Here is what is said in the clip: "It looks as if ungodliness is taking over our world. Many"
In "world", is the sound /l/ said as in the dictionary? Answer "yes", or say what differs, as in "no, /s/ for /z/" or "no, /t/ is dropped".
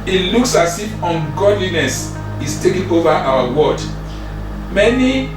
no, /l/ is dropped